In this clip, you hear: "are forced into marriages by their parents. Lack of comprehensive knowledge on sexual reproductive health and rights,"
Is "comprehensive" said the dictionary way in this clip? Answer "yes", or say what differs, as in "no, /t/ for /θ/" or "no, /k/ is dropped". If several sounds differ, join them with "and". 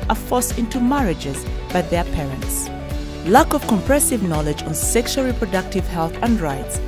no, /n/ is dropped